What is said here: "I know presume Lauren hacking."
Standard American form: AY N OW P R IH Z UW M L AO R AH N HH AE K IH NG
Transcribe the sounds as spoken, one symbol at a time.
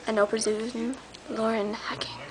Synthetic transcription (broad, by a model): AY N OW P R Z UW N L AO R AH N HH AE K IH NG